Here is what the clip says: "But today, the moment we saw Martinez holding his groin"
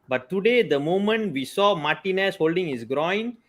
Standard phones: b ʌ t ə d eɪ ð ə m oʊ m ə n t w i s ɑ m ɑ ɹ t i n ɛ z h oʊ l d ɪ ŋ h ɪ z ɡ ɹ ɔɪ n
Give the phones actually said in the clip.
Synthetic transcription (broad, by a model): b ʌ t ə d eɪ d ə m oʊ m ə n t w i s ɑ m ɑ t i n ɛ s h oʊ l d ɪ ŋ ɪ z ɡ ɹ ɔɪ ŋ